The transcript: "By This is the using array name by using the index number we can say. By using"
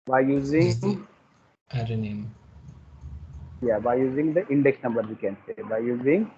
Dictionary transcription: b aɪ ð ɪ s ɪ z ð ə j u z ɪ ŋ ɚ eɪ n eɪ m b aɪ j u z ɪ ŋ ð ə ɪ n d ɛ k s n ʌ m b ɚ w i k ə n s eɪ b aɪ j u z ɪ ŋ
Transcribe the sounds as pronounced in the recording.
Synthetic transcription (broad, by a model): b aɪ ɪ ɪ j u z ɪ ŋ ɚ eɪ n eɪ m b aɪ j u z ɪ ŋ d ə ɪ n d ɛ k s n ʌ m b ɚ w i k ə n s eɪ b aɪ j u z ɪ ŋ